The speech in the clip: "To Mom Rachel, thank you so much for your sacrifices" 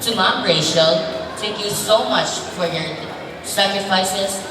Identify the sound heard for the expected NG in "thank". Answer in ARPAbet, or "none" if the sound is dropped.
none